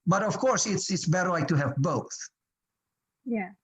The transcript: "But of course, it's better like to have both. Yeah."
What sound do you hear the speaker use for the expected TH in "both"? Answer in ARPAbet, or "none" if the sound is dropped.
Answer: TH